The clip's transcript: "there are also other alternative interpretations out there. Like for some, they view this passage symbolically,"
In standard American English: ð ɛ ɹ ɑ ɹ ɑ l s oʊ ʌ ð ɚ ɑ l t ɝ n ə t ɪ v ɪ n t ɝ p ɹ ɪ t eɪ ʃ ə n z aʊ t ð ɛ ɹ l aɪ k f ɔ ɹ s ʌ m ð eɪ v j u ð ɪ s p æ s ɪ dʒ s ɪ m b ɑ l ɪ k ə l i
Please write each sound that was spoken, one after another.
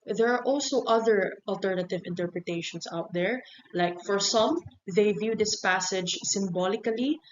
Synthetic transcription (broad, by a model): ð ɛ ɹ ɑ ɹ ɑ l s oʊ ʌ ð ɚ ɑ l t ɝ n ə t ɪ v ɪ n t ɝ p ɹ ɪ t eɪ ʃ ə n s aʊ t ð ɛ ɹ l aɪ k f ɔ ɹ s ʌ m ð eɪ v j u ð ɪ s p æ s ɪ dʒ s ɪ m b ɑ l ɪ k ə l i